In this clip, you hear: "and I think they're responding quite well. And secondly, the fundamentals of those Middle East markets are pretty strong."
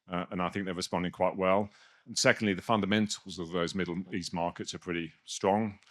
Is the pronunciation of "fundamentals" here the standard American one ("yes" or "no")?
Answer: yes